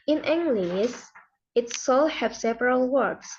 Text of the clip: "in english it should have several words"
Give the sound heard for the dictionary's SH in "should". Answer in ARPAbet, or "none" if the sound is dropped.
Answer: S